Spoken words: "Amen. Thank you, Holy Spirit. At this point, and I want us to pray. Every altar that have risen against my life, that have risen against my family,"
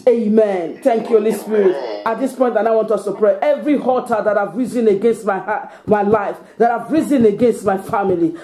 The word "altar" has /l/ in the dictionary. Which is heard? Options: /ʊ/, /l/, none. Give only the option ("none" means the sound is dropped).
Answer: none